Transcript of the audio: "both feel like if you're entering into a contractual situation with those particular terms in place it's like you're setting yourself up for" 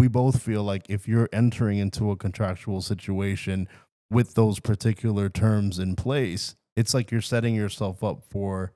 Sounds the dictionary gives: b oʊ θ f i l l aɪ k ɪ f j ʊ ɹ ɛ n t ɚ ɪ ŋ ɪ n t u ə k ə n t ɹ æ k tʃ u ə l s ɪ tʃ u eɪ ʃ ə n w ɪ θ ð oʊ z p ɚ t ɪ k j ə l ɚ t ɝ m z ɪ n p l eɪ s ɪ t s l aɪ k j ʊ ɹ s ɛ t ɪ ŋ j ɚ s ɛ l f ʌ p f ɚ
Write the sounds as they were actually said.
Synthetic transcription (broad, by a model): b oʊ θ f i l l aɪ k ɪ f j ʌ ɹ ɛ n t ɚ ɪ ŋ ɪ n t u ə k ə n t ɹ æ k tʃ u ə l s ɪ tʃ u eɪ ʃ ə n w ɪ ð oʊ z p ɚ t ɪ k j l ɚ t ɝ m z ɪ n p l eɪ s ɪ t s l aɪ k j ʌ ɹ s ɛ t ɪ ŋ j ɚ s ɛ l f ʌ p f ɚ